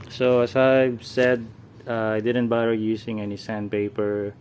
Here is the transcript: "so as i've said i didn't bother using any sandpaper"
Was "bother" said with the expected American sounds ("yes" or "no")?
no